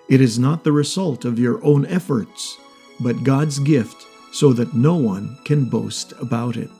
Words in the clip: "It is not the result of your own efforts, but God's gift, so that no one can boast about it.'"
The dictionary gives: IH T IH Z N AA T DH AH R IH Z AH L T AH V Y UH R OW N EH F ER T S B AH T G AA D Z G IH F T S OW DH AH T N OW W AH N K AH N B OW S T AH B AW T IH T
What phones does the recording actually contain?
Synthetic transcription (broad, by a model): IH T IH Z N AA T DH AH R IH Z AH L T AH V Y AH R OW N EH F ER T S B AH T G AA D Z G IH F T S OW DH AH T N OW W AH N K AH N B OW S T AH B AW T IH T